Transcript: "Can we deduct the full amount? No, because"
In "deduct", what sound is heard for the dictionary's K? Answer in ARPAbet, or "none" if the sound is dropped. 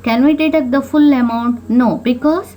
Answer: none